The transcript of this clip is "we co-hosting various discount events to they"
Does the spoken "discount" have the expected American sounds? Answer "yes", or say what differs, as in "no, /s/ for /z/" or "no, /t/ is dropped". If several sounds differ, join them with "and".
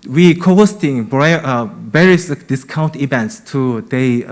yes